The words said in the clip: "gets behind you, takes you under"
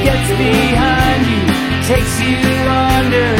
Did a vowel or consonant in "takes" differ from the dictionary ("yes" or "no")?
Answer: no